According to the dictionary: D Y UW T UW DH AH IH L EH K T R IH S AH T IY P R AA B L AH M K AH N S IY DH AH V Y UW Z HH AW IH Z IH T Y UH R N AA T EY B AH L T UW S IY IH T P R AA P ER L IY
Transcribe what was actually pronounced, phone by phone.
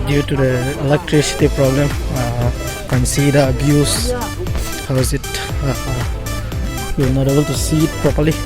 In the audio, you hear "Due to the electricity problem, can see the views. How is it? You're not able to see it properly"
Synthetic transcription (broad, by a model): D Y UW T UW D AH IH L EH K T R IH S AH T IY P R AA B L AH M K AH N S IY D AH B Y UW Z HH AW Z IH T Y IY N AA T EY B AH L T UW S IY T P R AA P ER L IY